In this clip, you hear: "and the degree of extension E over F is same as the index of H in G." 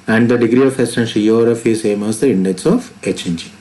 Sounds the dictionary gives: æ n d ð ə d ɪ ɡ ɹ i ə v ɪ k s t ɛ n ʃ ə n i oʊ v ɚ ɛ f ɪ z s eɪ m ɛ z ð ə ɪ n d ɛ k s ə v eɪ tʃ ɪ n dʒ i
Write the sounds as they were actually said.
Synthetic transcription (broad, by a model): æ n d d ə d ɪ ɡ ɹ i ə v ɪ s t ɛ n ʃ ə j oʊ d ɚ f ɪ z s eɪ m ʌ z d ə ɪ n d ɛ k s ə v eɪ tʃ ɪ n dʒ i